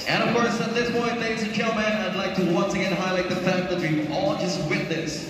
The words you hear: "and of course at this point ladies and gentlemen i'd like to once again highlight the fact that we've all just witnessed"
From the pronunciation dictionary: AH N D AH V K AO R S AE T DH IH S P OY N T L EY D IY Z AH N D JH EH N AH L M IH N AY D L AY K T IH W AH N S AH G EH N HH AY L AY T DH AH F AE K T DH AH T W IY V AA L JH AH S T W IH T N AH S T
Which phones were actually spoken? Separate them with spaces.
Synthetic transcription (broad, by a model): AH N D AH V K AO R S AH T DH IH S B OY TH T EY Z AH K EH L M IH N AY D L AY K T IH W AH N S AH G EH N HH AY L AY T DH AH F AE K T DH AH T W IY AA L JH AH S T W IH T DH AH S